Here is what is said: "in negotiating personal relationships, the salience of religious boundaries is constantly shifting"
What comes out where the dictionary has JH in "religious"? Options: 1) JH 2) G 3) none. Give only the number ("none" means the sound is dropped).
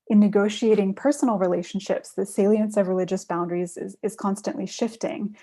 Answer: 1